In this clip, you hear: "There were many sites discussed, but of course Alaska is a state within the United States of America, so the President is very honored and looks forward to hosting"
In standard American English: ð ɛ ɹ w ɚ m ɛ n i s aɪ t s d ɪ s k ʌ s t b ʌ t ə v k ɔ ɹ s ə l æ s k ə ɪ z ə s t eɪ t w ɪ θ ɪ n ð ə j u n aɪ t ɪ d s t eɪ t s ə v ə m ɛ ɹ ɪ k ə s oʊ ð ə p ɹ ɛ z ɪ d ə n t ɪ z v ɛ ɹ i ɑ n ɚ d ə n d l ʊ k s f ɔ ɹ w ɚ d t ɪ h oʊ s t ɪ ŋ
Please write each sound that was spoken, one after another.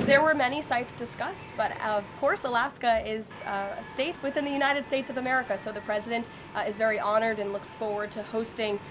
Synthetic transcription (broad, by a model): ð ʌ ɹ w ɚ m ɛ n i s aɪ t s d ɪ s k ʌ s t b ʌ t ə v k ɔ ɹ s ə l æ s k ə ɪ z ə s t eɪ t w ɪ θ ɪ n ð ə j u n aɪ t ɪ d s t eɪ t s ə v ə m ɛ ɹ ɪ k ə s oʊ ð ə p ɹ ɛ z ɪ d ə n t ɪ z v ɛ ɹ i ɑ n ɚ d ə n l ʊ k s f ɔ ɹ w ɚ d t ɪ h oʊ s t ɪ ŋ